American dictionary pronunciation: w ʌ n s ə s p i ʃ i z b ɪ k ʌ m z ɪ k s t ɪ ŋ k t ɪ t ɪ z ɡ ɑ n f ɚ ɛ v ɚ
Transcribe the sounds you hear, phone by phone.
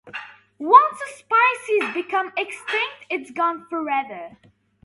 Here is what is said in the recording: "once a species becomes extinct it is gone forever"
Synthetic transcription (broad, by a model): w ʌ n s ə s p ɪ s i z b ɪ k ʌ m ɪ k s t ɪ ŋ k t ɪ t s ɡ ɑ n f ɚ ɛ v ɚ